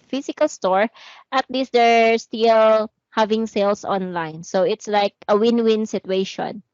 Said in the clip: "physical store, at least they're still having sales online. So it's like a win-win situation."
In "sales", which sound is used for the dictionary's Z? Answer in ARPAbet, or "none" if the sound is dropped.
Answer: S